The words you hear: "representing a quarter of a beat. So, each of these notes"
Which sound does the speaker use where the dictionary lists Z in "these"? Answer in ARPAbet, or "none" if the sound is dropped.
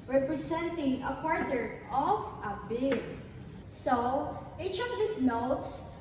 S